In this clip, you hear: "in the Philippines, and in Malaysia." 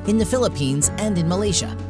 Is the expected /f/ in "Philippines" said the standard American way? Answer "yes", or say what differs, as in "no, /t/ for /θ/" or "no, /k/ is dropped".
yes